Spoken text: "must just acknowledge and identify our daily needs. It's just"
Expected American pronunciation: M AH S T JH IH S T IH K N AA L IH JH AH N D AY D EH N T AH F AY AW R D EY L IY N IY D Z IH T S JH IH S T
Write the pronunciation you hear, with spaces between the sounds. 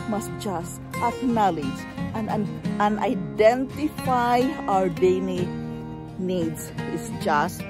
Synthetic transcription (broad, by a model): M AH S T JH IH S T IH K N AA L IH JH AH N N AY D EH N T AH F AY AW R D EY N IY N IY D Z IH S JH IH S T